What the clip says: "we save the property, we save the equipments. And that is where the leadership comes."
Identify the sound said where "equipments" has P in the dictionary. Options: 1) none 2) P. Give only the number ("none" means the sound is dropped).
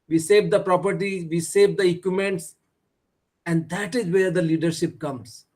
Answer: 1